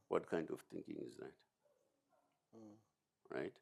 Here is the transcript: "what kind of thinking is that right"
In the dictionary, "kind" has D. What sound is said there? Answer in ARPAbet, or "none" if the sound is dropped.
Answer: D